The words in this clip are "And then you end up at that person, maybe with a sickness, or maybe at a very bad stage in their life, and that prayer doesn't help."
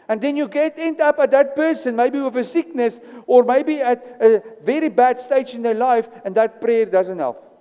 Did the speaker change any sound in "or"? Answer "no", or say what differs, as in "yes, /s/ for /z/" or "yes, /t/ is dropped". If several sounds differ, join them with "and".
no